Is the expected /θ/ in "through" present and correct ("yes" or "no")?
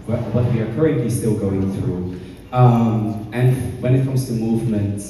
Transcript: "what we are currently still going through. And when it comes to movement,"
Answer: yes